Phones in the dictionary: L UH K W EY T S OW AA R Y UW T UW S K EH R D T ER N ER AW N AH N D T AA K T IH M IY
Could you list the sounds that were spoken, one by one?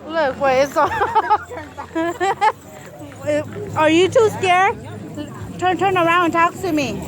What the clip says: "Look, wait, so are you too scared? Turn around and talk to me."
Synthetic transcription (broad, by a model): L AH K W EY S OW AA R Y UW T UW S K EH R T T ER N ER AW AH N D T AA K S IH M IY